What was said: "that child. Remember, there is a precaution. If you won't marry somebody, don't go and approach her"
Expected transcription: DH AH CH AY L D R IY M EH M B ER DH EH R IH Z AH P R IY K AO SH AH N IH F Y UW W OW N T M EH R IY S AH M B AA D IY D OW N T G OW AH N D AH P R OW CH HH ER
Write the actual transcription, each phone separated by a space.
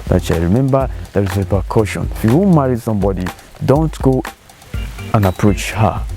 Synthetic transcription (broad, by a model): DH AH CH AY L R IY M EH M B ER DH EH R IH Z AH P IY K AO SH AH N IH F Y UW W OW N M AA R IY S AH M B AA D IY D OW N T G OW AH N AH P R OW CH HH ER